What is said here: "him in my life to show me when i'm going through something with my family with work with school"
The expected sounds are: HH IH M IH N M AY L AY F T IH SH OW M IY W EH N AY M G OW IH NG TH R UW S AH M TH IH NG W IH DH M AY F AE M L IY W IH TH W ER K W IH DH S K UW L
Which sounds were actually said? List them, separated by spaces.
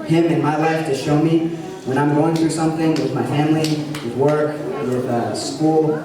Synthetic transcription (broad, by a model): HH IH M IH N M AY L AY F T IH SH OW M IY W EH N AY M G OW IH NG TH R UW S AH M TH IH NG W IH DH M AY F AE M L IY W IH W ER K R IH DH S K UW L